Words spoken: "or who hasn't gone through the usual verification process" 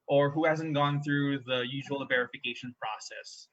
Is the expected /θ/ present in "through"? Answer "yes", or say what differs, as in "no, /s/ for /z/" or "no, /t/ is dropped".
yes